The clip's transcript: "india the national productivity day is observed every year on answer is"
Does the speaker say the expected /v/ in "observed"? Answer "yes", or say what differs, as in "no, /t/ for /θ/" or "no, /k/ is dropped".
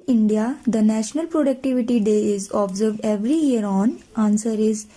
yes